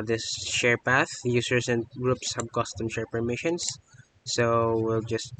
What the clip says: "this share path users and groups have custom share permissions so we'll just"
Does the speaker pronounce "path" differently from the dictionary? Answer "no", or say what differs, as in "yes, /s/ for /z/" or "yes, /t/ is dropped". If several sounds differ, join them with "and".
no